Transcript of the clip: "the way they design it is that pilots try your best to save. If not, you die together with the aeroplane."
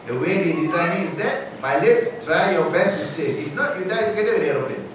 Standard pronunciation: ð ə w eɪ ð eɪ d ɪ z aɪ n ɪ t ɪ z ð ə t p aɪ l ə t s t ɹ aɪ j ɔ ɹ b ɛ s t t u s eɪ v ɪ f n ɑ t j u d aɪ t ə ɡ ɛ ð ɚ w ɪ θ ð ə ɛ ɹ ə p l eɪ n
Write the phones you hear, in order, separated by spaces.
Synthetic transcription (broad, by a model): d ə w eɪ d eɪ d ɪ z aɪ n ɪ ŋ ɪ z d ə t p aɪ l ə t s t ɹ aɪ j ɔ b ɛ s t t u s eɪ ɪ f n ɑ t j u d aɪ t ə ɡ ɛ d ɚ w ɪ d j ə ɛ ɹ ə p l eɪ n